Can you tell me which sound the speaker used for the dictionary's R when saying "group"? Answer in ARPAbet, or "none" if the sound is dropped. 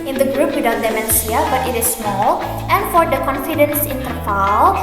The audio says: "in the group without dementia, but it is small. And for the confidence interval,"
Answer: R